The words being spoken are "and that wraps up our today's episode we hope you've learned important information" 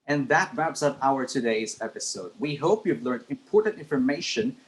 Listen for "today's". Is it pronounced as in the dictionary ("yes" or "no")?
yes